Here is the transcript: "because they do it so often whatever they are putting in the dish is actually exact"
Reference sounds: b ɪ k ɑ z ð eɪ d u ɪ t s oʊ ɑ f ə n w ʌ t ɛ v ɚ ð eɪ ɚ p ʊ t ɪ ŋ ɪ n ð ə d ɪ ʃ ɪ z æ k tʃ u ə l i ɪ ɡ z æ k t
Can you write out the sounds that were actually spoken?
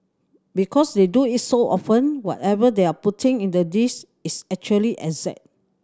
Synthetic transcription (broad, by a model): b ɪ k ɑ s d eɪ d u ɪ t s oʊ ɑ f ə n w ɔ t ɛ v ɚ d eɪ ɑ p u t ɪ ŋ ɪ n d ə d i s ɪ s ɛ k tʃ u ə l i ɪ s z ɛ t